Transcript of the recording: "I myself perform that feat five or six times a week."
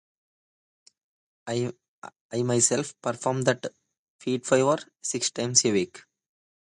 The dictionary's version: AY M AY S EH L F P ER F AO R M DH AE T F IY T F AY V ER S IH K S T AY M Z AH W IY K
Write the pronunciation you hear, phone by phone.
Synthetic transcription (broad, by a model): AY M AY S EH L F P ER F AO R M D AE T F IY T F AY V ER S IH K S T AY M S AH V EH K